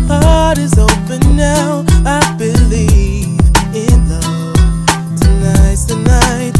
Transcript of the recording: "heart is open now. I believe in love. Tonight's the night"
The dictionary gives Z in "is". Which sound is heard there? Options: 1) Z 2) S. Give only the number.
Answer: 1